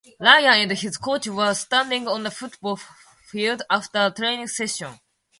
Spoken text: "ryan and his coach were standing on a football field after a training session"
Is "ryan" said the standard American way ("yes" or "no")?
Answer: no